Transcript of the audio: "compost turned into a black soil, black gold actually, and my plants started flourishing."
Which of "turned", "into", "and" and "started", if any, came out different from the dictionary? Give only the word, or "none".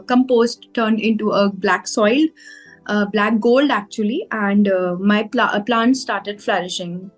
none